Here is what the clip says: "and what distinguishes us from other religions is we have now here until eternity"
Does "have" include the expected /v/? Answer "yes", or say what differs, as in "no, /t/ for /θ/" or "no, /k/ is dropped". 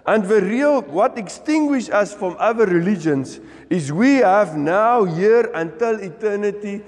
yes